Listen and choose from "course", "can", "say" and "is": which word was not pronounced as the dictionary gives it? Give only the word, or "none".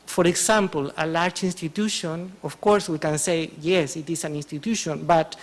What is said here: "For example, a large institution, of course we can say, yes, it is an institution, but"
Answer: is